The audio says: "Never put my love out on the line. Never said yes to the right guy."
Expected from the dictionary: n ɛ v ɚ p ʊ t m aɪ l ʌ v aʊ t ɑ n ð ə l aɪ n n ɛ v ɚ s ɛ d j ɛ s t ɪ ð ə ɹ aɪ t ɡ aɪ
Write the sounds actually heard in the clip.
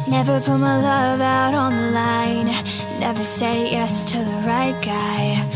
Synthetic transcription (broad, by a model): n ɛ v ɚ b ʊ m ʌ l ʌ v aʊ t n ð ə l aɪ n n ɛ v ɚ s ɛ d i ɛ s t ɪ ð ə ɹ aɪ t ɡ aɪ